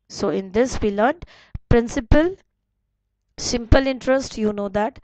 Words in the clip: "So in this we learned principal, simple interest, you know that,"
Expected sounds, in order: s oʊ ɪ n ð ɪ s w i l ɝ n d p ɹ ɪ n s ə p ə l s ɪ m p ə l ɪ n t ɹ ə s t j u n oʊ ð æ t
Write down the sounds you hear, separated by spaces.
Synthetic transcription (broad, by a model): s oʊ ɪ n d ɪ s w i l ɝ d p ɹ ɪ n s ə p ə l s ɪ m p ə l ɪ n t ɹ ə s t j u n oʊ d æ t